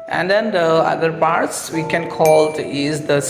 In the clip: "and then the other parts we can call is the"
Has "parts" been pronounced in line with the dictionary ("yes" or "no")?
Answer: yes